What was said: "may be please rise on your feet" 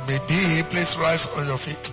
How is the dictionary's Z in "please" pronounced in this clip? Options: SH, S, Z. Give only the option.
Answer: S